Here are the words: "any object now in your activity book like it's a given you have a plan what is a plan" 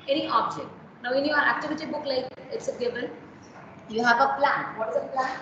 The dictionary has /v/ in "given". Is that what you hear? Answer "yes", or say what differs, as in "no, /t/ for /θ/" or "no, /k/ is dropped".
no, /b/ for /v/